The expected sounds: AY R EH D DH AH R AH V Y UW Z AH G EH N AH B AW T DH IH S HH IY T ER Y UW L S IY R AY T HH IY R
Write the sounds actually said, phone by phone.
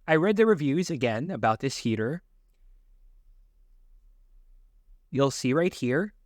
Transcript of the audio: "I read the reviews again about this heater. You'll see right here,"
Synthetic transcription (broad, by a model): AY R EH D DH AH R AH V Y UW Z AH G EH N AH B AW T DH IH S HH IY T ER Y UW L S IY R AY T HH IY R